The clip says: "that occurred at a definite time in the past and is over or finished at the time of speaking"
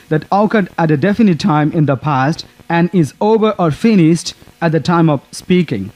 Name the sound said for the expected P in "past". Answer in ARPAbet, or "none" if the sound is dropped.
P